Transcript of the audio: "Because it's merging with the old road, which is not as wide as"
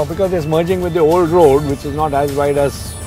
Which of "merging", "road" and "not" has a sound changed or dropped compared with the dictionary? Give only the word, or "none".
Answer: none